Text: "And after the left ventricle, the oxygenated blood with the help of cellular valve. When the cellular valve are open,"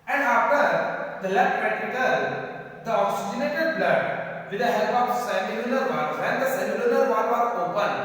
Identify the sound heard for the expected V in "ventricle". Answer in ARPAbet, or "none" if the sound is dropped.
P